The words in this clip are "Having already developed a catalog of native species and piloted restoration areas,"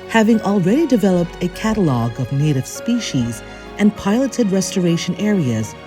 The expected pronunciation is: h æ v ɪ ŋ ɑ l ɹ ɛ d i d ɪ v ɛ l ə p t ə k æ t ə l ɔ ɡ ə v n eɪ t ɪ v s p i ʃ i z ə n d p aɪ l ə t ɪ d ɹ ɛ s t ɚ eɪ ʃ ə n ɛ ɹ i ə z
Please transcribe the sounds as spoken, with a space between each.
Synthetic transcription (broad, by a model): h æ v ɪ ŋ ɑ l ɹ ɛ d i d ɪ v ɛ l ə p t ə k æ t ə l ɔ ɡ ə v n eɪ t ɪ v s p i ʃ i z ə n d p aɪ l ə t ɪ d ɹ ɛ s t ɚ eɪ ʃ ə n ɛ ɹ i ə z